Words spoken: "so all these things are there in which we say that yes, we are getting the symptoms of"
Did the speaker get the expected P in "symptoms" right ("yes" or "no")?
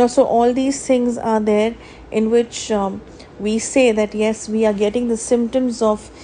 yes